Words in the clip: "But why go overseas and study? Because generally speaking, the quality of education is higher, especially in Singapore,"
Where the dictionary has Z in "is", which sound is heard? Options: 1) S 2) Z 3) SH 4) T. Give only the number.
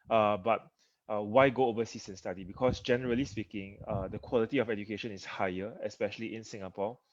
1